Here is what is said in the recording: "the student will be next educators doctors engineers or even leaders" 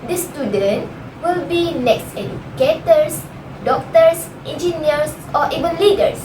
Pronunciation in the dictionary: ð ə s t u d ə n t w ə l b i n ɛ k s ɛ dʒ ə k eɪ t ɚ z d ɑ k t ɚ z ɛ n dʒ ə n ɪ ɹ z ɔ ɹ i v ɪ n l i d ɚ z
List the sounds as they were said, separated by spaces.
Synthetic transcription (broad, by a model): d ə s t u d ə n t w ə l b i n ɛ k s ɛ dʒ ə k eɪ t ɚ s d ɑ k t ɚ s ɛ n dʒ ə n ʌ ɹ s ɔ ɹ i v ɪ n l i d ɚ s